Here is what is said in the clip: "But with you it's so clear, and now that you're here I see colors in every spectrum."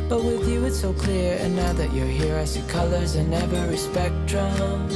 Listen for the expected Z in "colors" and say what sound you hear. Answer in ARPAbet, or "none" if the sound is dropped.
Z